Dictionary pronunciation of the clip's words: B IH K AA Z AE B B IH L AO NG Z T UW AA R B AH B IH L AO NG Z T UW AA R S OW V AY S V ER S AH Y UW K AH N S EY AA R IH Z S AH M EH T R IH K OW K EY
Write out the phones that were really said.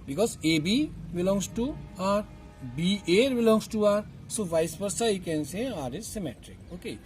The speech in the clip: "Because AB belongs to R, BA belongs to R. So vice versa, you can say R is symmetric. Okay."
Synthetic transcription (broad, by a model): B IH K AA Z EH B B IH L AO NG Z T UW AA R B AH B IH L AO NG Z T UW AA R S OW V AY S P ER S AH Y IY K AH N S EY AA R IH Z S AH M EH T R IH K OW K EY